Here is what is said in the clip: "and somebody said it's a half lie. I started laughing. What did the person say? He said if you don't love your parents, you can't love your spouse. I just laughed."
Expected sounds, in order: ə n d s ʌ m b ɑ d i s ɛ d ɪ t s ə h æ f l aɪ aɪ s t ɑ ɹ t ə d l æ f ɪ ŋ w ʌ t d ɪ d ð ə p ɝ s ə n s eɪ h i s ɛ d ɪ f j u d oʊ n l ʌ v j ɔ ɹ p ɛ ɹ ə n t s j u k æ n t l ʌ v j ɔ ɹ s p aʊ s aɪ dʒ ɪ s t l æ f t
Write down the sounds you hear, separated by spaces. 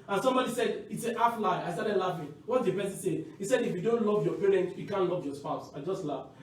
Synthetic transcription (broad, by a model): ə n s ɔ m b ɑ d i s ɛ d ɪ t s ə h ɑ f l aɪ aɪ s t ɑ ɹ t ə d l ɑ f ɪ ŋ w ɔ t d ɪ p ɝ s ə s eɪ h i s ɛ d ɪ f j u d oʊ n l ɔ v j ɔ p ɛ ɹ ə n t j u k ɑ n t l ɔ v j ɔ s p aʊ s aɪ dʒ ɪ s t l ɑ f